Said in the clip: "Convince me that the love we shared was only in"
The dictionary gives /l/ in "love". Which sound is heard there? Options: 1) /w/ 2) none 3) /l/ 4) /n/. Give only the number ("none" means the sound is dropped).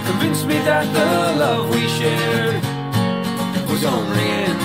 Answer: 3